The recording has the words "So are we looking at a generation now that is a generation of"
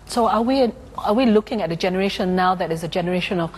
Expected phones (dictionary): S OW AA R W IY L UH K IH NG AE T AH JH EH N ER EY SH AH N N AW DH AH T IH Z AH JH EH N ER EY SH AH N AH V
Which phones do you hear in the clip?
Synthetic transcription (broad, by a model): S OW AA W W IY L UH K IH NG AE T AH JH EH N ER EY SH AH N N AW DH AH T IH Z AH JH EH N ER EY SH AH N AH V